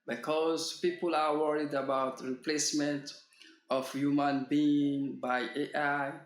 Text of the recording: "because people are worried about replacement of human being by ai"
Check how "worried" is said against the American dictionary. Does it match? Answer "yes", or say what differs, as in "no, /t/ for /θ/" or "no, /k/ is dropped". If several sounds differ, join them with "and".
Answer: yes